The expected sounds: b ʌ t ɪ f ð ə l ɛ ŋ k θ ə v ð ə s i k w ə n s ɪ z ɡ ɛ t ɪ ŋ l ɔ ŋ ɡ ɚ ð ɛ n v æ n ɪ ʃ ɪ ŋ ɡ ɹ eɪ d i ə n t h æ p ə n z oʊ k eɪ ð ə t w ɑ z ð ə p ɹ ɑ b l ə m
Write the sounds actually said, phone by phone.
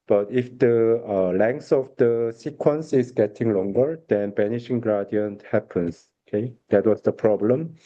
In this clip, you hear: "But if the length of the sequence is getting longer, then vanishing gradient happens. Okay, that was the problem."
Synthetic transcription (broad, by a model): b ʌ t ɪ f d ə l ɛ ŋ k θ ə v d ə s i k w ə n s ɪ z ɡ ɛ t ɪ ŋ l ɔ ŋ ɡ ɚ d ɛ n b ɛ n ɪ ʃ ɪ ŋ ɡ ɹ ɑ d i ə n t h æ p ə n s oʊ k eɪ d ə t w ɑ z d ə p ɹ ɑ b l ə m